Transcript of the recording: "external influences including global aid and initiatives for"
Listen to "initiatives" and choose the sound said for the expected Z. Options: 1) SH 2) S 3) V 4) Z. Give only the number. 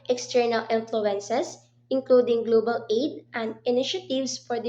2